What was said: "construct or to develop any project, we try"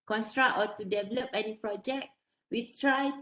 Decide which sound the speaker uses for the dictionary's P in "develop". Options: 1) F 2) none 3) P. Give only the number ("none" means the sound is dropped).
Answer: 3